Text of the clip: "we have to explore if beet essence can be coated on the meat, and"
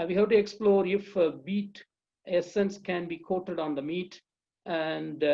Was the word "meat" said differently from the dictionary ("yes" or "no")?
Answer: no